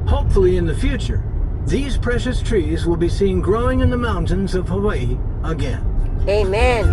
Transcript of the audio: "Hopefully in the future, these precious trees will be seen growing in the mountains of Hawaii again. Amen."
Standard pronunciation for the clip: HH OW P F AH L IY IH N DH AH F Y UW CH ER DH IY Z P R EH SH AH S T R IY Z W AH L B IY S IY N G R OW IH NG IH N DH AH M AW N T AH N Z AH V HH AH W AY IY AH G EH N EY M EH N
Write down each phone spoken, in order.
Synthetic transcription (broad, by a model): HH OW P F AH L IY IH N DH AH F Y UW CH ER DH IY Z P R EH SH AH S T R IY Z W AH L B IY S IY N G R OW IH NG IH N DH AH M AW N T AH N Z AH V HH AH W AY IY AH G EH N EY M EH N